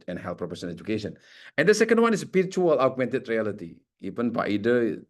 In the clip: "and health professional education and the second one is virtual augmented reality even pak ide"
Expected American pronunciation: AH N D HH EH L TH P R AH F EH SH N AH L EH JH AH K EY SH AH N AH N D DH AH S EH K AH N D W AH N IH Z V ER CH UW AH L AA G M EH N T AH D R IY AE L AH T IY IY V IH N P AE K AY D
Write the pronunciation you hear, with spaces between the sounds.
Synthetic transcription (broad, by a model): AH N HH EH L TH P R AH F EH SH AH N EH JH AH K EY SH AH N AH N D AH S EH K AH N D W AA N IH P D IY CH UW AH L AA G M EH N T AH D R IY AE L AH T IY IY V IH N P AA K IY D